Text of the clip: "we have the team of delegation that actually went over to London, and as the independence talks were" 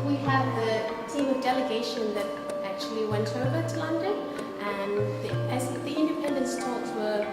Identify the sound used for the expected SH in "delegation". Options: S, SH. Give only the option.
SH